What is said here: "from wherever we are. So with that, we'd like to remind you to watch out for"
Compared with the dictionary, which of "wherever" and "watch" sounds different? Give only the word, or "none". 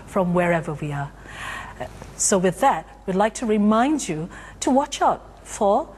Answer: none